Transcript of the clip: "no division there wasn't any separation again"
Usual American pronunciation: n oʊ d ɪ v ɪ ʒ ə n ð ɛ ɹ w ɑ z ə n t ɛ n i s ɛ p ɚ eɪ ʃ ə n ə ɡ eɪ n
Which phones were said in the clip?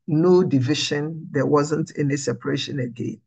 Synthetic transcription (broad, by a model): n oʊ d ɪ v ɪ ʃ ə n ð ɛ w ɑ z ə n t ɛ n i s ɛ p ɚ eɪ ʃ ə n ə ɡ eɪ n